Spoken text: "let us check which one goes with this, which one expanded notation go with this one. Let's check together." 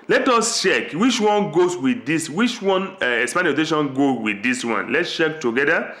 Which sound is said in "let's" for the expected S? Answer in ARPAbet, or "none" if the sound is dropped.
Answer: S